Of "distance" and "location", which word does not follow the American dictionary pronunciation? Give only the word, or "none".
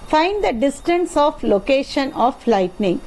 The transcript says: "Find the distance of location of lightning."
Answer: none